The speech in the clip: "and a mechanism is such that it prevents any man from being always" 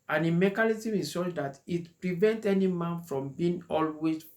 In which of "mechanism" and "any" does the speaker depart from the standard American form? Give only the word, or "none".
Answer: mechanism